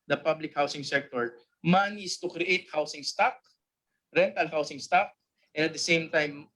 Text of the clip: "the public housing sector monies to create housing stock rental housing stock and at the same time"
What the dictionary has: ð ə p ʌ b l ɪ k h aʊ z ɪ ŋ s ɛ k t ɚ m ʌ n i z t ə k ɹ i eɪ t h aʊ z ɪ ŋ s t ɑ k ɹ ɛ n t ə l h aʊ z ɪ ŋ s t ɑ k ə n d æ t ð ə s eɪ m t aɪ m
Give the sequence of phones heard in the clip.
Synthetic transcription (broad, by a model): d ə p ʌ b l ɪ k h aʊ s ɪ ŋ s ɛ k t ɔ m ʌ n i s t ə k ɹ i eɪ t h aʊ s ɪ ŋ s t ɑ k ɹ ɛ n t ə l h aʊ s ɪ ŋ s t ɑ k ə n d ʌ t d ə s eɪ m t aɪ m